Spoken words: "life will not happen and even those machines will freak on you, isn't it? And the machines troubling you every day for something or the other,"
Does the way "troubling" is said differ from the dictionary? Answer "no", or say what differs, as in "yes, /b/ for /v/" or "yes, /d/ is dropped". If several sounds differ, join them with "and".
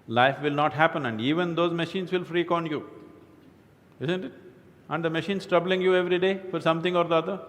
no